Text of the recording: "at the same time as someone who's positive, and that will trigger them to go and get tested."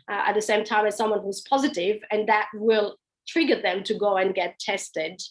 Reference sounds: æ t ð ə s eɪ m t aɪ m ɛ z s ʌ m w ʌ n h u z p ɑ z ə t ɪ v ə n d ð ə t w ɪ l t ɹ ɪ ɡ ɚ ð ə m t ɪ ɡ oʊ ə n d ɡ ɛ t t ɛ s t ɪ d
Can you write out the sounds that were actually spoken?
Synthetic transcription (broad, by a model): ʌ t ð ə s eɪ m t aɪ m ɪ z s ʌ m w ʌ n h u z p ɑ z ə t ɪ v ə n ð ə t w ɪ l t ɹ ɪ ɡ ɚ ð ə m t ɪ ɡ oʊ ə n ɡ ɛ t t ɛ s t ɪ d